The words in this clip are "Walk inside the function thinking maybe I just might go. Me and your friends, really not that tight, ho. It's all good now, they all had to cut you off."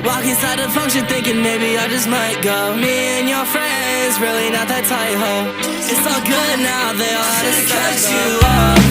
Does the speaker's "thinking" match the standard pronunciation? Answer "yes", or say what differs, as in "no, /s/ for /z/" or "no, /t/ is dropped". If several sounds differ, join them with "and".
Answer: yes